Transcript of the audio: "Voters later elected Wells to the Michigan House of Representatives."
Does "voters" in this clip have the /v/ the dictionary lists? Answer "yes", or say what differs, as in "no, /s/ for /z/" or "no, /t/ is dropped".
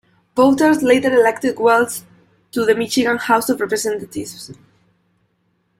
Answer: no, /b/ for /v/